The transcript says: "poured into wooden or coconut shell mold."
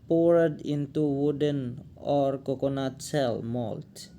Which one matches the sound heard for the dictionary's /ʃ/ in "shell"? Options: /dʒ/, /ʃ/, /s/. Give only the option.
/s/